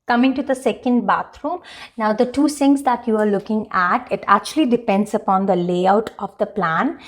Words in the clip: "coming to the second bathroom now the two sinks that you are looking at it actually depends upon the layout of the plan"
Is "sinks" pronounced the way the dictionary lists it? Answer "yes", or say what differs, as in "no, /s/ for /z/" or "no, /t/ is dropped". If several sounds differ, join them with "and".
no, /k/ is dropped